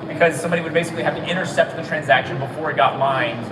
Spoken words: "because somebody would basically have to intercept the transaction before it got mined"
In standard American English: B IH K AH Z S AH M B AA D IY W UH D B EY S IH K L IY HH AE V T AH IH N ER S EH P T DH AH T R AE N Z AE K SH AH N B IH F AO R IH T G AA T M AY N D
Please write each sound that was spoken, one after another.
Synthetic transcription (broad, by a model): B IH K AH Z S AH M B AA D IY W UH D B EY S IH K L IY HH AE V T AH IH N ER S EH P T DH AH T R AE N Z AE K SH AH N B IH F AO R IH T G AA T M AY N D